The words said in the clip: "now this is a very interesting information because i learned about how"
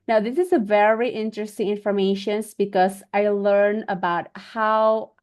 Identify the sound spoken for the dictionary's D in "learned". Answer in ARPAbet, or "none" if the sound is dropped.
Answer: none